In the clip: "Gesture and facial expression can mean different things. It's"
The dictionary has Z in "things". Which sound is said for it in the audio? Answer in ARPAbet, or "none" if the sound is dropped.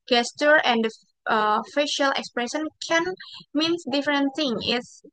none